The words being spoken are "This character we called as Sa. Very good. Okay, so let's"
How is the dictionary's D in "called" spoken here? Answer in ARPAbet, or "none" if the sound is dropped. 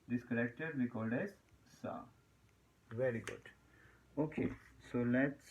D